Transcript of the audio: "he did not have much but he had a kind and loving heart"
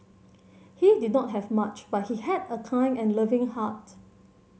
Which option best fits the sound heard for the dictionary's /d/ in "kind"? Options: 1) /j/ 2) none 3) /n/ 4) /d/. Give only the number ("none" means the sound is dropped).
2